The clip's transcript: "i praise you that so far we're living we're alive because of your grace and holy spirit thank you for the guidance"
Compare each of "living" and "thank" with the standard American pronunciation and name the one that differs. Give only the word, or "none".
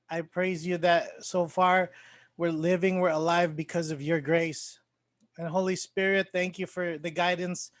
none